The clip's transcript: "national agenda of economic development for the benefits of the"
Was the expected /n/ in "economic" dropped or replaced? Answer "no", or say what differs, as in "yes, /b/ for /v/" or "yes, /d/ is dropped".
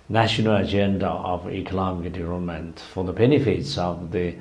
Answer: yes, /l/ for /n/